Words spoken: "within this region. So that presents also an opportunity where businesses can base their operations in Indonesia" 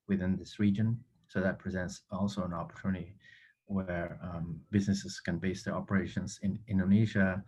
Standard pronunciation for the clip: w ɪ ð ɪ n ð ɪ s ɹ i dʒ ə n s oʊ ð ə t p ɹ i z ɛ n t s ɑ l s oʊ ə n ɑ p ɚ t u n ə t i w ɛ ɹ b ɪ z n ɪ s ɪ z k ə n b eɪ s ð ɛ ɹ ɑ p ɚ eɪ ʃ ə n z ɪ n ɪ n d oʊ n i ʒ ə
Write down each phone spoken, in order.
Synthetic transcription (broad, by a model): w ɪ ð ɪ n ð ɪ s ɹ i dʒ ə n s oʊ ð ə t p ɹ i z ɛ n t s ɑ l s oʊ ə n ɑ p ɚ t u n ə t i w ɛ ɹ b ɪ z n ɪ s ɪ z k ə n b eɪ s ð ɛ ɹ ɑ p ɚ eɪ ʃ ə n z ɪ n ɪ n d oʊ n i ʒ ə